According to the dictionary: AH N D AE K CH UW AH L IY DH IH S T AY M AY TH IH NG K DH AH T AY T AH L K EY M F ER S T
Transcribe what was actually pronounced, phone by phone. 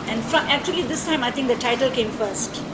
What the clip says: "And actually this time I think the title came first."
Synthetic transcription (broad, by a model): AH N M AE K CH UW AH L IY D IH S T AY M AY T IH NG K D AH T AY T AH L K EY M F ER S T